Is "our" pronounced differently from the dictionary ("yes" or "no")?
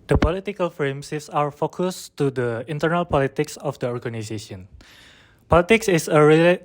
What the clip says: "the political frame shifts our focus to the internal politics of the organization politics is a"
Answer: no